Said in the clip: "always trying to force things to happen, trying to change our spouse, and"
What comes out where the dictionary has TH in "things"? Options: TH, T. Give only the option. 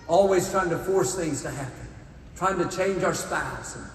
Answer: TH